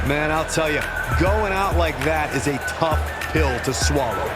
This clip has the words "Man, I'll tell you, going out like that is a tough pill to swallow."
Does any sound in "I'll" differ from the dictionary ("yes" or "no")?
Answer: no